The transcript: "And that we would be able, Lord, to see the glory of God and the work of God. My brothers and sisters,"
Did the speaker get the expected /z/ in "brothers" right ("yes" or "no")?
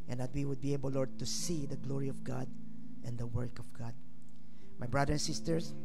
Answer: no